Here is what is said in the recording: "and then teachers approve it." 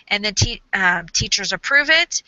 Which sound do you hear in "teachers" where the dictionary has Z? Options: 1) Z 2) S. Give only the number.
1